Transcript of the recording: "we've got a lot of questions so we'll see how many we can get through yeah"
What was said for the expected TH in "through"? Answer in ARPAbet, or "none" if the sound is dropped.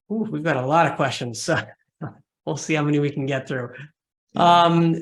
TH